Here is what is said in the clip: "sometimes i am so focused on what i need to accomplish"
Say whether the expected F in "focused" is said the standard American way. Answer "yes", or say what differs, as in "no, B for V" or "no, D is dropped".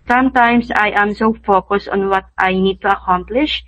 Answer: yes